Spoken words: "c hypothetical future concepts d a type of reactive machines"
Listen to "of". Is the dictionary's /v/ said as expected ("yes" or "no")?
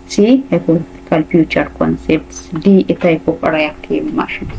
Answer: no